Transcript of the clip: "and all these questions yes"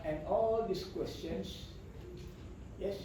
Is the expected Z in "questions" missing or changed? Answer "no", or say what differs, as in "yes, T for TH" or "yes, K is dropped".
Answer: yes, S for Z